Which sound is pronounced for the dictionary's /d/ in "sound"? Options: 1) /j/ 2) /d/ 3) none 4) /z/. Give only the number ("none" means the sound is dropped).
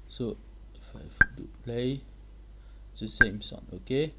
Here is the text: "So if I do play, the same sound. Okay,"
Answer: 3